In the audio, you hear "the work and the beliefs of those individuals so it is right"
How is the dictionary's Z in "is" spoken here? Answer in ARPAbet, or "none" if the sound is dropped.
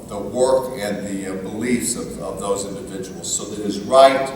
Z